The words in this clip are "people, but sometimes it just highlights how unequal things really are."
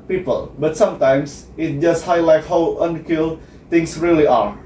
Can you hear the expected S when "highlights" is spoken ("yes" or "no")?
no